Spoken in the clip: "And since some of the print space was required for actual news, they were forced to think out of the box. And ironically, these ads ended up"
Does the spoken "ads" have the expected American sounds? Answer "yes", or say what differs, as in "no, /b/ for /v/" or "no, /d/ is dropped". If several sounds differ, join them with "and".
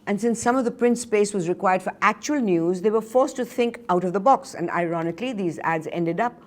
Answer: yes